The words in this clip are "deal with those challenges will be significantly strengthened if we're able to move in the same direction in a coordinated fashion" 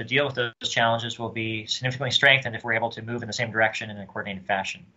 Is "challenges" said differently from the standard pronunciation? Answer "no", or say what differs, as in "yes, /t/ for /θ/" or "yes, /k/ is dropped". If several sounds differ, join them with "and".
no